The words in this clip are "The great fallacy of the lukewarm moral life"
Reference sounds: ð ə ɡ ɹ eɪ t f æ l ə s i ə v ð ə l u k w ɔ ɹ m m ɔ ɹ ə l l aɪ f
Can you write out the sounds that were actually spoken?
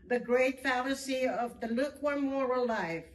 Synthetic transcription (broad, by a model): ð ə ɡ ɹ eɪ t f æ l ə s i ə v ð ə l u k w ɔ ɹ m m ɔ ɹ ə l l aɪ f